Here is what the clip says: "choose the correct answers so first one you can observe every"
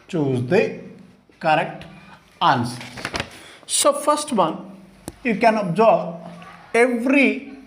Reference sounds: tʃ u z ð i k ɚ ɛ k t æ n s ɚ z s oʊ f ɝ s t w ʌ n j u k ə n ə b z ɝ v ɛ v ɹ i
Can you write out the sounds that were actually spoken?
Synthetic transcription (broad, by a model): tʃ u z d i k ɚ ɛ k t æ n s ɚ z s oʊ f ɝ s t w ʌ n j u k ə n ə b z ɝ b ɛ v ɹ i